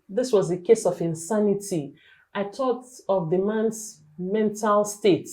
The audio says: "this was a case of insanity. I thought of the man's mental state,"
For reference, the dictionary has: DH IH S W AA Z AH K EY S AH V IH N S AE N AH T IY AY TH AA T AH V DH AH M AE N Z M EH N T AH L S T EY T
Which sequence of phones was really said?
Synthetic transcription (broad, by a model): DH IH S W AA Z AH K EY S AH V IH N S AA N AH T IY AY T AA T AH V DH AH M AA N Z M EH N T AH L S T EY T